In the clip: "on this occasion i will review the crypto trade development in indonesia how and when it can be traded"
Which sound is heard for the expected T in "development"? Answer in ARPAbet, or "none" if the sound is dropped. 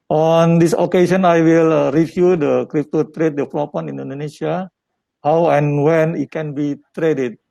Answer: none